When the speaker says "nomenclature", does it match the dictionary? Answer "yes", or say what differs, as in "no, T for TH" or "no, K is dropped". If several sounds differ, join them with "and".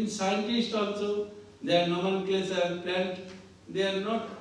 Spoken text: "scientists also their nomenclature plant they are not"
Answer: no, S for CH